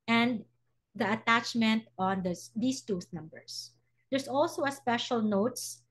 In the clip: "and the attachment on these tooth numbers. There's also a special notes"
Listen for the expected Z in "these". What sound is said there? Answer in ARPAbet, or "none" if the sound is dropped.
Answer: S